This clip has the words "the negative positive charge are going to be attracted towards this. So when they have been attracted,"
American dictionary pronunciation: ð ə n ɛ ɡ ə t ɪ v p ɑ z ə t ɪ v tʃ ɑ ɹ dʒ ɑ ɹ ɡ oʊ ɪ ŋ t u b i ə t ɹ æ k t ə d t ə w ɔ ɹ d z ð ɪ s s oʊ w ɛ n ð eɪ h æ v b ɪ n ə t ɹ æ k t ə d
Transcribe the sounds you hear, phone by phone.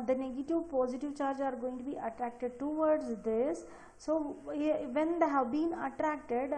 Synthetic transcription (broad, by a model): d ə n ɛ ɡ ə t ɪ v p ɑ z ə t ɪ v tʃ ɑ ɹ dʒ ɑ ɹ ɡ oʊ ɪ ŋ t u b i ə t ɹ æ k t ə d t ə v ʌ ɹ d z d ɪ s s oʊ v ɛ n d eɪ h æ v b ɪ n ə t ɹ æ k t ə d